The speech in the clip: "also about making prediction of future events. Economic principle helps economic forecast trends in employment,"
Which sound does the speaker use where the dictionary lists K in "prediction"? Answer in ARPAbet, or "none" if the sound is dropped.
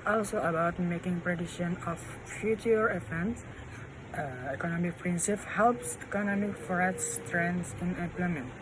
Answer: none